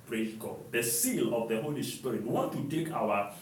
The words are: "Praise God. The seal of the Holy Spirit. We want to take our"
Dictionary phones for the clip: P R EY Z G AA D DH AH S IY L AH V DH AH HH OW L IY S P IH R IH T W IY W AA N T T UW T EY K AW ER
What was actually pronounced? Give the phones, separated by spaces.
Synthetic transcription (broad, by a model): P R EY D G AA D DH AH S IY L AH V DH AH HH OW L IY S P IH R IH T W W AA N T T UW T EY K AW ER